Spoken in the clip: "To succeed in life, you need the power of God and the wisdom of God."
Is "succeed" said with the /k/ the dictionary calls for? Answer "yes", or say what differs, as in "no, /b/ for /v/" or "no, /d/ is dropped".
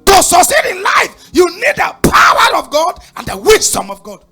no, /k/ is dropped